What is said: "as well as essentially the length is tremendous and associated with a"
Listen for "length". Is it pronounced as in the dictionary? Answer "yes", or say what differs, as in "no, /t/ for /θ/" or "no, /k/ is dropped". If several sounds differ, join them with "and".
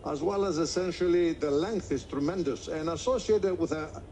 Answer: yes